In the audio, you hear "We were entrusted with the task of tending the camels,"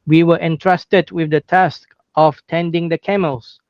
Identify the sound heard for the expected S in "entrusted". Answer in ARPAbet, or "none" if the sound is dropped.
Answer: S